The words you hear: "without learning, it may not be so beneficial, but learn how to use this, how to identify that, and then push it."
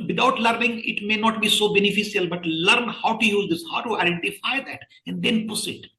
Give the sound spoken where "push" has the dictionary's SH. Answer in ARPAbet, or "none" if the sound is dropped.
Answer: S